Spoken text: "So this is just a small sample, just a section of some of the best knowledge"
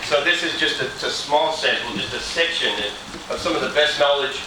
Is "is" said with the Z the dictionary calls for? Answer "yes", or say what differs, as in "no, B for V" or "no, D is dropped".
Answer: yes